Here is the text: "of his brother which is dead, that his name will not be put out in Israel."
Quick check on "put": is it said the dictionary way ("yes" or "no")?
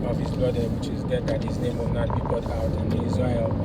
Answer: no